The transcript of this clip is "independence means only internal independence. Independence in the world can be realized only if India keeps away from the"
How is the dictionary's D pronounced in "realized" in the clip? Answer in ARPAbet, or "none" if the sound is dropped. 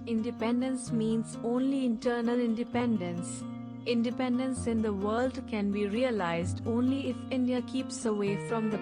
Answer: D